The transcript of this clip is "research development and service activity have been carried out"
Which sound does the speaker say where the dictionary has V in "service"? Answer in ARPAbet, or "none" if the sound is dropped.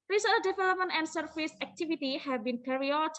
F